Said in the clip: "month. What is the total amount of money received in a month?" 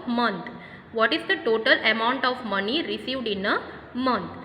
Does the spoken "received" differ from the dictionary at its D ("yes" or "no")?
no